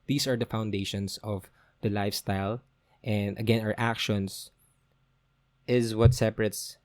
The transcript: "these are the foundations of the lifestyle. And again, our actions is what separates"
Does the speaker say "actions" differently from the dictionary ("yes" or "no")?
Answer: yes